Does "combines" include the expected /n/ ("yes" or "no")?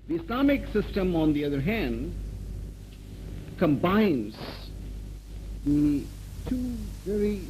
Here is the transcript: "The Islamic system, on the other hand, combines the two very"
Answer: yes